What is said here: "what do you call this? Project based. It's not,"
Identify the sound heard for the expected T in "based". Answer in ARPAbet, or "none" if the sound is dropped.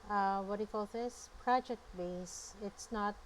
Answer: none